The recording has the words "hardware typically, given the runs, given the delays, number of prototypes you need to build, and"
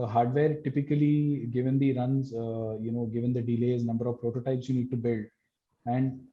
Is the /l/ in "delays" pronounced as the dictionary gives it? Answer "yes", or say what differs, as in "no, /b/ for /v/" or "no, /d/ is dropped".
yes